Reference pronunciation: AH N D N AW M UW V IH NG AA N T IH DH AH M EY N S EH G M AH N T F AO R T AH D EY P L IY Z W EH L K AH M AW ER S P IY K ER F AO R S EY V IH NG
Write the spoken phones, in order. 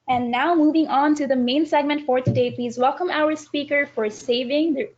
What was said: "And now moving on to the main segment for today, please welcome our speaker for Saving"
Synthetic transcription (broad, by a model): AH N N AW M UW V IH NG AA N T IH DH AH M EY N S EH G M AH N T F AO R T AH D EY P L IY Z W EH L K AH M AW ER S P IY K ER F AO R S EY V IH NG